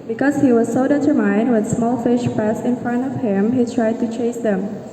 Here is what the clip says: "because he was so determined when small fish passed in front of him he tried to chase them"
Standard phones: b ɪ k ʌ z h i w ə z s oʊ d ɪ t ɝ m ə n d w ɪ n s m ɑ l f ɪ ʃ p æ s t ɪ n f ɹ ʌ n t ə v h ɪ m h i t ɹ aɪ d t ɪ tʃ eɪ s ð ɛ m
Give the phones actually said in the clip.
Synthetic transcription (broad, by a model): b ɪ k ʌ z h i w ə z s oʊ d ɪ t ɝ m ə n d w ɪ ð s m ɑ l f ɪ ʃ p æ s ɪ n f ɹ ʌ n t ə v h ɪ m h i t ɹ aɪ d t ɪ tʃ eɪ s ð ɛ m